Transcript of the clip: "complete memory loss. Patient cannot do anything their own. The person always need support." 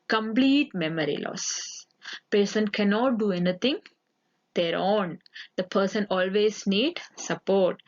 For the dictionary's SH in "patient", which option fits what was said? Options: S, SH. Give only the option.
S